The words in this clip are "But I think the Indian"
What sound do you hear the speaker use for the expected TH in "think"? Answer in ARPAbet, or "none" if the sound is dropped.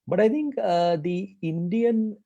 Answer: T